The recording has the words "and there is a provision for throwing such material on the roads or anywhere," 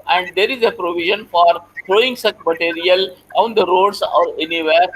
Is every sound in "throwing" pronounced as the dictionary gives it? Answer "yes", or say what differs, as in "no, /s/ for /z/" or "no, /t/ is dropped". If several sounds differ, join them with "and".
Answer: no, /t/ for /θ/